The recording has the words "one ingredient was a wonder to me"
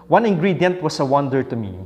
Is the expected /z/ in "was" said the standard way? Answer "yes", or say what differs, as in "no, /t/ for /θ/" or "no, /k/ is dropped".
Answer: no, /s/ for /z/